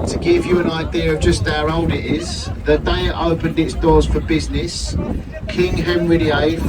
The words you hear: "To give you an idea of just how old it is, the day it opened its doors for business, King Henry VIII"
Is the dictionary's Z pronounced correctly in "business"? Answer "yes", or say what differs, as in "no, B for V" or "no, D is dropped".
yes